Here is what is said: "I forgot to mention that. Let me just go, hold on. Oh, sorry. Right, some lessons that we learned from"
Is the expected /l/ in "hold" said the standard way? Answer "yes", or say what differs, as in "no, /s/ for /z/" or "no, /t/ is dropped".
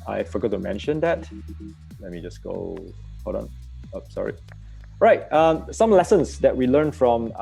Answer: no, /l/ is dropped